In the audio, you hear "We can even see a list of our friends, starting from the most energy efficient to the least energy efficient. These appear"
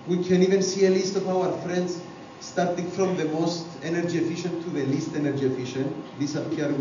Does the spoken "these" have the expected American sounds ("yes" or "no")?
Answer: no